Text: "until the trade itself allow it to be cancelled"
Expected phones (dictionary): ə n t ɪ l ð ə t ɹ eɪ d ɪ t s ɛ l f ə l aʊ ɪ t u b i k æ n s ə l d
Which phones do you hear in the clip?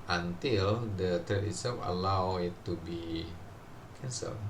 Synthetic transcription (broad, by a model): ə n t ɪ l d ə t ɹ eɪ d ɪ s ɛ f ə l aʊ ɪ t u b i k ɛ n s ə l